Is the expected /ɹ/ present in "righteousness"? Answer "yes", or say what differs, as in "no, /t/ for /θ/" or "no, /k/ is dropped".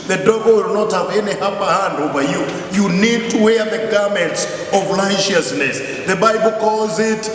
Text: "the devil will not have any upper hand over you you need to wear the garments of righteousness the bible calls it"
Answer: no, /l/ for /ɹ/